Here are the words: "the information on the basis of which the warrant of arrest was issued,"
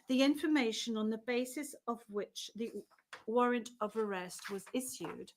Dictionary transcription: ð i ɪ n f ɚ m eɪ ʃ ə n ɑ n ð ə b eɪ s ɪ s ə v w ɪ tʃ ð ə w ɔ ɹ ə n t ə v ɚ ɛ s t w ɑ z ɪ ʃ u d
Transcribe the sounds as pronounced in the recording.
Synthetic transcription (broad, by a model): ð i ɪ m f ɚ m eɪ ʃ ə n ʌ n ð ə b eɪ s ɪ s ə v w ɪ tʃ ð ə w ɔ ɹ ə n t ə v ɚ ɛ s t w ɑ z ɪ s u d